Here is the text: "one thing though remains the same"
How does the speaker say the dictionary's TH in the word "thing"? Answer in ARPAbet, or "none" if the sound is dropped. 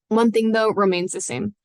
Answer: TH